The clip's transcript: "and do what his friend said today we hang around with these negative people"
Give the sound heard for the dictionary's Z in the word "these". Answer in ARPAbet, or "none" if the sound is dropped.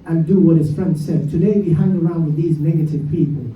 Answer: Z